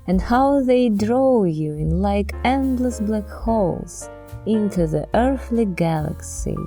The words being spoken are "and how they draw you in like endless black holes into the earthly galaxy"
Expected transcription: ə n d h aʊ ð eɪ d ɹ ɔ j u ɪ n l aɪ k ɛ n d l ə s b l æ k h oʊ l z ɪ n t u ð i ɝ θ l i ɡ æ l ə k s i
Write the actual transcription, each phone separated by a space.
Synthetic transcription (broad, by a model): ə n d h aʊ ð eɪ d ɹ ɔ j u ɪ n l aɪ k ɛ n d l ə s b l æ k h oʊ l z ɪ n t u ð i ɝ θ l i ɡ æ l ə k s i